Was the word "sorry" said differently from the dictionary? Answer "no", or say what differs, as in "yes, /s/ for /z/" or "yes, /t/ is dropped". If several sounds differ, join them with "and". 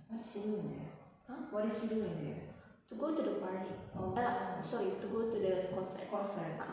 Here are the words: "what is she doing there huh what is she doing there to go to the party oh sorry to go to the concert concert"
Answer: yes, /ɹ/ is dropped